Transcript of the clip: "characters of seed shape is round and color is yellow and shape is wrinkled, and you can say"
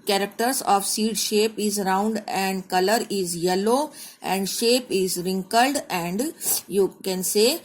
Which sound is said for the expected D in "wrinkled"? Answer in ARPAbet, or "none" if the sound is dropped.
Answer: D